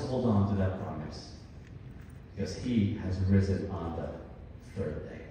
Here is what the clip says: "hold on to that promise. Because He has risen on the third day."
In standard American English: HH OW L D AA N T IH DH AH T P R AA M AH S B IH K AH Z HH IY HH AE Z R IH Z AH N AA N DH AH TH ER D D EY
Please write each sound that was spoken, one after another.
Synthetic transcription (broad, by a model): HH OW L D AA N T IH DH AH T P R AA M AH S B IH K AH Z HH IY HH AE Z R IH Z AH N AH N DH AH TH ER D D EY